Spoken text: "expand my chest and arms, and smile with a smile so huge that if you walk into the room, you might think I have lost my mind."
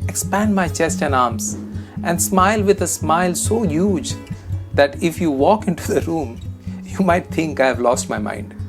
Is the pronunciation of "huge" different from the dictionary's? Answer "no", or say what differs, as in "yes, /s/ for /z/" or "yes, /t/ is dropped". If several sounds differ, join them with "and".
no